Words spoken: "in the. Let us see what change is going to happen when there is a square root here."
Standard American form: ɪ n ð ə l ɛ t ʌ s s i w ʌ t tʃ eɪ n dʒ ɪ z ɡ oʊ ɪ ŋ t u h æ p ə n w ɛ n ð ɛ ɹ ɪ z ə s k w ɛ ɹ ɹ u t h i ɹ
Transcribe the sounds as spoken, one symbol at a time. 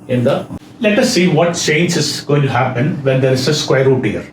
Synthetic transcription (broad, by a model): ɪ n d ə l ɛ t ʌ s s i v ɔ t tʃ eɪ n dʒ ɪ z ɡ oʊ ɪ ŋ t u h æ p ə n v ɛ n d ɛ ɹ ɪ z ə s k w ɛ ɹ ɹ u t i ɹ